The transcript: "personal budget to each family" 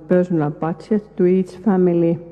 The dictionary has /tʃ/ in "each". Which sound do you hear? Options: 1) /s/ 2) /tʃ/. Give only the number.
1